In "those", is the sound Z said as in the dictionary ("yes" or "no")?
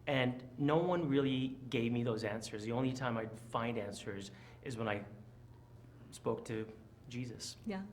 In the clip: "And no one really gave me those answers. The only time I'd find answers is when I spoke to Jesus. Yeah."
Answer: yes